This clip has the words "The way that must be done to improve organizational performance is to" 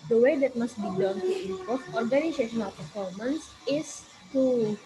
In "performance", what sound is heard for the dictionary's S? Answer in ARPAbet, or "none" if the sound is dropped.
S